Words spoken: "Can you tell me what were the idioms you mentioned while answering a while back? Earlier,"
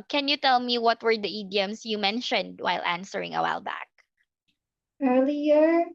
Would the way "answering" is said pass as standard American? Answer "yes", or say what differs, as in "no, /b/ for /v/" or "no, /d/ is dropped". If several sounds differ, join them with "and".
yes